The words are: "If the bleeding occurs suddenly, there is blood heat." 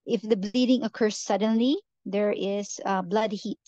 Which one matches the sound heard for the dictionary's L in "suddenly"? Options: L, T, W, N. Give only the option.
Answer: L